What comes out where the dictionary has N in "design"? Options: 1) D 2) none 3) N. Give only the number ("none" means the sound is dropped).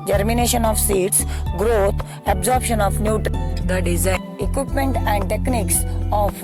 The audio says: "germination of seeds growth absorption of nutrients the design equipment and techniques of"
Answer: 2